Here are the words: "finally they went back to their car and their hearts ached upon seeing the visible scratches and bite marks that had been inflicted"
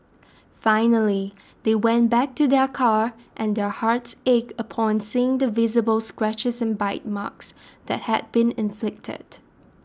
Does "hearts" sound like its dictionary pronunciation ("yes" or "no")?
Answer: yes